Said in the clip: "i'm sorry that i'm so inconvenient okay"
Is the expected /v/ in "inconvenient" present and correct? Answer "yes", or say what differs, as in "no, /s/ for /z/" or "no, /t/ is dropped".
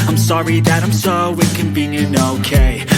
no, /b/ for /v/